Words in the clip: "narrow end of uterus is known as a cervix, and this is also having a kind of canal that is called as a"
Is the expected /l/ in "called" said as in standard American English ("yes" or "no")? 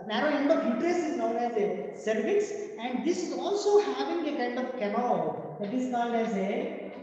no